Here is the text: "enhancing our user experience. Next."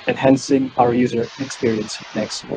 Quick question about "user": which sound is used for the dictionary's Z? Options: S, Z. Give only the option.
Z